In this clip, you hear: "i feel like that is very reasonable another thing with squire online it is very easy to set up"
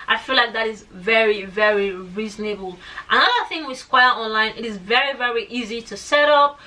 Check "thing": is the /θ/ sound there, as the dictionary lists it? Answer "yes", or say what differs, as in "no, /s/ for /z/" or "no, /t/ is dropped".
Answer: yes